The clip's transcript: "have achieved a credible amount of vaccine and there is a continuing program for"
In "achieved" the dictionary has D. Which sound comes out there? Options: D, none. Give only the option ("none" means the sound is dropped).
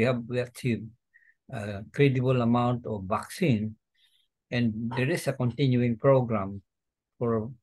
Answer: none